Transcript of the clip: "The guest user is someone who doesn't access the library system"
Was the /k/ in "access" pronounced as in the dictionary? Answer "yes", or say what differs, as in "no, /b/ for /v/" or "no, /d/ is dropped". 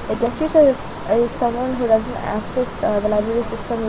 yes